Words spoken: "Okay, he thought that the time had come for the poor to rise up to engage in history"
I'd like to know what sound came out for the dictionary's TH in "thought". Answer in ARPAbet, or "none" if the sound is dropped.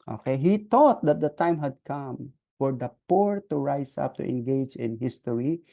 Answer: T